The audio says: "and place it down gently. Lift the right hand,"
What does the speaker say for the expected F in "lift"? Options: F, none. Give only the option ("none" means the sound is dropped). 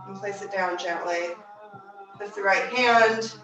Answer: none